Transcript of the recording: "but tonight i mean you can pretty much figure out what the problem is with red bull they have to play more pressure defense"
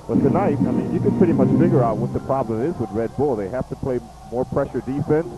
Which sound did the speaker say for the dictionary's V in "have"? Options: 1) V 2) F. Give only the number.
2